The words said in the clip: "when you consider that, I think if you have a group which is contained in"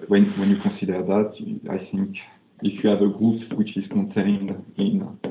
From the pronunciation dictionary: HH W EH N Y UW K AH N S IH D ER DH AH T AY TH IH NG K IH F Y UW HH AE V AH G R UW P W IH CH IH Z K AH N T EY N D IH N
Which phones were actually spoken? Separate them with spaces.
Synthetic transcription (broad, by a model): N W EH N Y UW K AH S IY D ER DH AH T AY TH IH NG K IH F Y UW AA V AH G R UW P W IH CH IH Z K AH N T EY N D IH N